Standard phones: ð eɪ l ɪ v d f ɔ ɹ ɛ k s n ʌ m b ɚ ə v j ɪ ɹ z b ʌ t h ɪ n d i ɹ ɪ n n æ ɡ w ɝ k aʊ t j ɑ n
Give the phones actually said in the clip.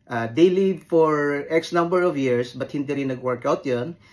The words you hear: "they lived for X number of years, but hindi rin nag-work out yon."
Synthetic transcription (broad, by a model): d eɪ l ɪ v f ɔ ɹ ɛ k s n ʌ m b ɚ ə v j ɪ ɹ s b ʌ t h ɪ n d i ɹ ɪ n n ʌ ɡ w ɝ k aʊ t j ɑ n